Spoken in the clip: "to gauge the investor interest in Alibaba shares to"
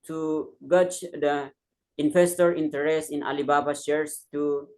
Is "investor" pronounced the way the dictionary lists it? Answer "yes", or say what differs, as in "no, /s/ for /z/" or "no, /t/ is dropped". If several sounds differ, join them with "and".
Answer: no, /f/ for /v/